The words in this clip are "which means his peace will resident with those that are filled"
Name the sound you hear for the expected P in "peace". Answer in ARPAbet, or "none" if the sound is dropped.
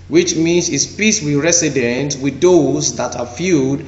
P